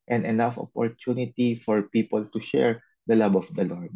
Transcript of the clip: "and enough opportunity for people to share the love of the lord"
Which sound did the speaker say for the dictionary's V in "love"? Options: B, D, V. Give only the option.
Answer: B